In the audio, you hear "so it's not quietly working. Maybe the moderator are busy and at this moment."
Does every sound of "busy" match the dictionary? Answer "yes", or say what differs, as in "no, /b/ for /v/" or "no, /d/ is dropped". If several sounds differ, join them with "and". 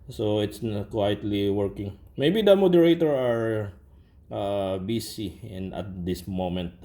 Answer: no, /s/ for /z/